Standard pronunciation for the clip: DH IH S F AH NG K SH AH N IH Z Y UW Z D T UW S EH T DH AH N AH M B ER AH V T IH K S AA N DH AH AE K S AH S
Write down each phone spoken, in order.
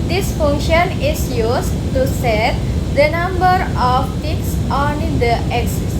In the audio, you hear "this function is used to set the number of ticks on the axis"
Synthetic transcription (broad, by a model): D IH S F AH NG K SH AH N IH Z Y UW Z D T UW S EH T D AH N AH M B ER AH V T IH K S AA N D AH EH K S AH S